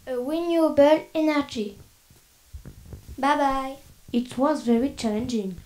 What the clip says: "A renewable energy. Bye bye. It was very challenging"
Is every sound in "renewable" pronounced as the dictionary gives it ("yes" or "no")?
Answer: no